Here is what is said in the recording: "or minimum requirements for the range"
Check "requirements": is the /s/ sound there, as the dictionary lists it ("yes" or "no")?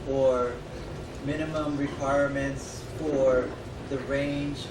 yes